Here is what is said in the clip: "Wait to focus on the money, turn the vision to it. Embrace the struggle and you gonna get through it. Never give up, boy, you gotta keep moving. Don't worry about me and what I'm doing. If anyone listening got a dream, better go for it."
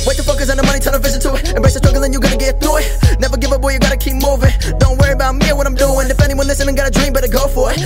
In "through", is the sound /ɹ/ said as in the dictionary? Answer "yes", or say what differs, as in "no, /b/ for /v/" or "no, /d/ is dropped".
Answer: no, /ɹ/ is dropped